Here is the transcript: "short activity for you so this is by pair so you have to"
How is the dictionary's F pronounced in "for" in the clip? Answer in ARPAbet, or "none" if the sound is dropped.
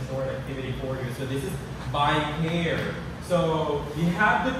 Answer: F